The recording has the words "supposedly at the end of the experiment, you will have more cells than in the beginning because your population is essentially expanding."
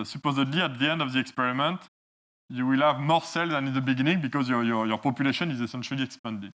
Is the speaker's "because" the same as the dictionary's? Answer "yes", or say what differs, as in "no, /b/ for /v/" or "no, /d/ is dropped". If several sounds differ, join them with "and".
yes